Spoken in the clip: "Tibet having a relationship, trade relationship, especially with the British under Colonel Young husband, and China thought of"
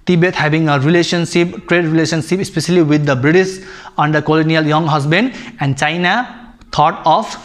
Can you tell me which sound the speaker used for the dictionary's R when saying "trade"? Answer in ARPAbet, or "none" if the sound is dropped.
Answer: R